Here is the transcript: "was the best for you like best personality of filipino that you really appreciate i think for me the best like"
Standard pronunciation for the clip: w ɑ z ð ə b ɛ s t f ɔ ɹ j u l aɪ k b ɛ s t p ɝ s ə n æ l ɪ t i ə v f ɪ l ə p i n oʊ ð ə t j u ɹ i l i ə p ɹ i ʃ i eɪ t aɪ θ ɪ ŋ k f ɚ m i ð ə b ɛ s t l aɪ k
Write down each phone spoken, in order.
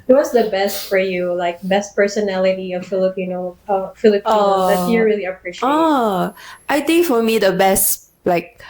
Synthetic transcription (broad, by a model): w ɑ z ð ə b ɛ s t f ɔ ɹ j u l aɪ k b ɛ s t p ɝ s ə n æ l ɪ t i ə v f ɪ l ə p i n oʊ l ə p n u ɹ i l i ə p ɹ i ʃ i t aɪ t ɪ ŋ k f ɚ m i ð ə b ɛ s t l aɪ k